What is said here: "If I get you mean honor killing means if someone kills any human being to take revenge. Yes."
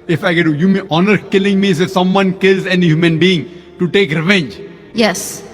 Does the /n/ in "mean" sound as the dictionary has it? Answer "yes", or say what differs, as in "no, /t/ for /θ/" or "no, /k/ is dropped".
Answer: no, /n/ is dropped